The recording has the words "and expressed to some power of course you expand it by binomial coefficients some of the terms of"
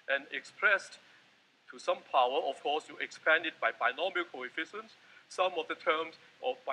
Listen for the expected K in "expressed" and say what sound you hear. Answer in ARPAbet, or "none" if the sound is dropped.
K